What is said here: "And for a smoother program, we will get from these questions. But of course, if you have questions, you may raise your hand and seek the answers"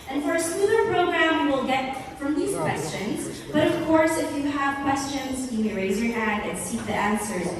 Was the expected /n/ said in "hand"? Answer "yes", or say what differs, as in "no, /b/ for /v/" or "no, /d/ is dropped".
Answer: no, /n/ is dropped